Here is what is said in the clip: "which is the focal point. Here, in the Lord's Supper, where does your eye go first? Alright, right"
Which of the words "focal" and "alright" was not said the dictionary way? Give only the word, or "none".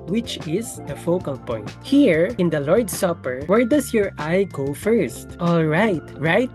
none